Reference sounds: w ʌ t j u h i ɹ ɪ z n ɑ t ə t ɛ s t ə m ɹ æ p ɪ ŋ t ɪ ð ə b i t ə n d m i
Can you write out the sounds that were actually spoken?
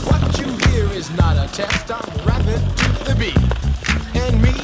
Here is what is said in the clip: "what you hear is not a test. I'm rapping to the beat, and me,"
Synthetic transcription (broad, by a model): w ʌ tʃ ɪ h i ɹ ɪ z n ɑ t ə t ɛ s t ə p ɹ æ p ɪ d t ɪ ð ə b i ə n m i